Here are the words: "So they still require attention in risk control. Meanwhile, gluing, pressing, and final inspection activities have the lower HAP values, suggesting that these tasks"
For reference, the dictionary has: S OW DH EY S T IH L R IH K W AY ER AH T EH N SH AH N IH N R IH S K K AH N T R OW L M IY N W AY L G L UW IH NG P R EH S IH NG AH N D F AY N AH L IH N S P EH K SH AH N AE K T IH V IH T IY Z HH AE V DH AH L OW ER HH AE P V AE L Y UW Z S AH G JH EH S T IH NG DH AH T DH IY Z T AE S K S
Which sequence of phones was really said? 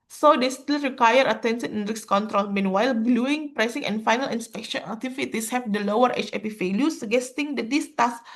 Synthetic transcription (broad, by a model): S OW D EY S T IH L R IH K W AY ER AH T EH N S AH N IH N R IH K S K AH N T R OW L M IY N W AY L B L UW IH NG P R EH S IH NG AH N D F AY N AH L IH N S P EH K SH AH N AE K T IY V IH T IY S HH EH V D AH L OW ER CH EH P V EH L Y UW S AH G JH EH S T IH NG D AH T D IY S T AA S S